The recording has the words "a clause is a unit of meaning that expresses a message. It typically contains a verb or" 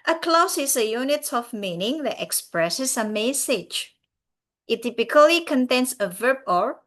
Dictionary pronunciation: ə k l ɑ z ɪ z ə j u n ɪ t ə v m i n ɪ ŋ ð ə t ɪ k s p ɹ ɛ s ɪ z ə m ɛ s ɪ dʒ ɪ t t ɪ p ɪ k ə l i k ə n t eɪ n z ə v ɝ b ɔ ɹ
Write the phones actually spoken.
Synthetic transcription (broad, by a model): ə k l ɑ s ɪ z ə j u n ɪ t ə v m i n ɪ ŋ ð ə t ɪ k s p ɹ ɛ s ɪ s ə m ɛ s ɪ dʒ ɪ t t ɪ p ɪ k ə l i k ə n t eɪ n s ə v ɝ b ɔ ɹ